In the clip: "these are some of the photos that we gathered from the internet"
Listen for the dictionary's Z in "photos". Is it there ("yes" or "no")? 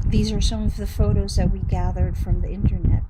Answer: yes